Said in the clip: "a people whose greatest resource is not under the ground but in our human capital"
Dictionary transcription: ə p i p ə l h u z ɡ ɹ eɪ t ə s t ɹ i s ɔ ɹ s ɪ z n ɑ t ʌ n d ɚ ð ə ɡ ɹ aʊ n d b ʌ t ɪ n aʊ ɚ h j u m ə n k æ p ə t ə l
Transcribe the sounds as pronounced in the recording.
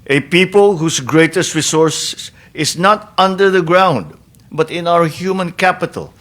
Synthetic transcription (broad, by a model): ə p i p ə l h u s ɡ ɹ eɪ t ə s t ɹ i s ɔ ɹ s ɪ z n ɑ t ʌ n d ɚ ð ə ɡ ɹ aʊ n d b ʌ t ɪ n aʊ ɚ h j u m ə n k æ p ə t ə l